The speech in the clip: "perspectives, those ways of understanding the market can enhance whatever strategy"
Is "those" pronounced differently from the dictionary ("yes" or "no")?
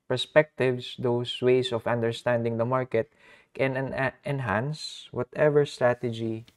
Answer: yes